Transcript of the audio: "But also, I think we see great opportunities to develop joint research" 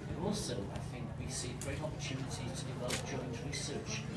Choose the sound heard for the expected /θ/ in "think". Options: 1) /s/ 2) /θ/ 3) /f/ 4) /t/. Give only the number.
2